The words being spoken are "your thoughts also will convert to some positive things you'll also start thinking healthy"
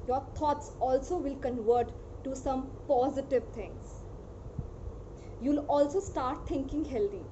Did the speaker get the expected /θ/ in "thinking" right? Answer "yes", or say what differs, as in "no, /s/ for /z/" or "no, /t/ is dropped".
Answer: no, /t/ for /θ/